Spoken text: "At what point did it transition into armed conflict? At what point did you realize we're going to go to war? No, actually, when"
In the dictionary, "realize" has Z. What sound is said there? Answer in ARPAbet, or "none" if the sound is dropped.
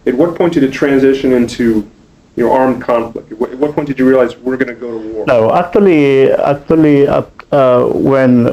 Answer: Z